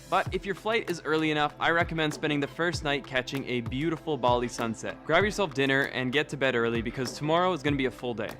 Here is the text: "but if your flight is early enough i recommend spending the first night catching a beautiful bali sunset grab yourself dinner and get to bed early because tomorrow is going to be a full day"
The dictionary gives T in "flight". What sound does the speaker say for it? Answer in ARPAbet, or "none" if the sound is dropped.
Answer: T